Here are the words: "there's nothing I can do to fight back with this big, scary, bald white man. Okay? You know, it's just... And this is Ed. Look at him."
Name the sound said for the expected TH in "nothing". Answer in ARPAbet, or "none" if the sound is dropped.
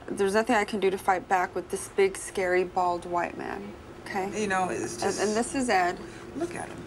TH